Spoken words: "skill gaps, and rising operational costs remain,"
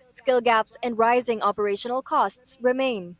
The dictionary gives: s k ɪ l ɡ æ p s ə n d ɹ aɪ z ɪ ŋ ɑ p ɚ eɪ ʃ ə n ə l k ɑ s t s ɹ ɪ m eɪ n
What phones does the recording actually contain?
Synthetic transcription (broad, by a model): s k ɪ l ɡ æ p s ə n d ɹ aɪ z ɪ ŋ ɑ p ɚ eɪ ʃ ə n ə l k ɑ s t s ɹ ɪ m eɪ n